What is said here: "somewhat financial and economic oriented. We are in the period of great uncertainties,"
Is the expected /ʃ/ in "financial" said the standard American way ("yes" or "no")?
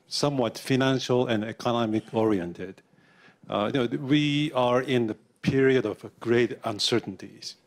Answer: yes